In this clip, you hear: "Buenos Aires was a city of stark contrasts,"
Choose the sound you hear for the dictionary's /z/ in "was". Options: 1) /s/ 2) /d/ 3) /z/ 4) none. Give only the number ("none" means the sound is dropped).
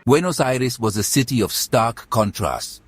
3